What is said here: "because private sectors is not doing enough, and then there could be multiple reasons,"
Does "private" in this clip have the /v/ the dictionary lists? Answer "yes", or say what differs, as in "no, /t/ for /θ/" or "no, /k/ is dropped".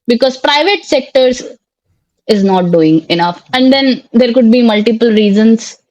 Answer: yes